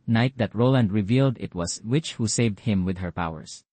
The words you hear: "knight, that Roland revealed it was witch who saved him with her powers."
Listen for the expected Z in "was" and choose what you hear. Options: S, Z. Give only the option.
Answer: S